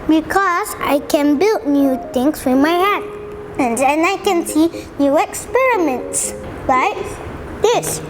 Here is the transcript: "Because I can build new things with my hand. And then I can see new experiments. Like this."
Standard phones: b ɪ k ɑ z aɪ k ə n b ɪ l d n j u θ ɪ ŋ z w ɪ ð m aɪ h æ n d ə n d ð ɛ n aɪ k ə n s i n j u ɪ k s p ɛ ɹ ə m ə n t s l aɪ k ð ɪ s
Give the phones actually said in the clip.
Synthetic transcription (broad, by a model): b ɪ k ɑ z aɪ k ə n b ɪ l d n j u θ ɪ ŋ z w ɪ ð m aɪ h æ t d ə n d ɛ n aɪ k ə n s i n j u ɪ k s p ɛ ɹ ə m ə n t s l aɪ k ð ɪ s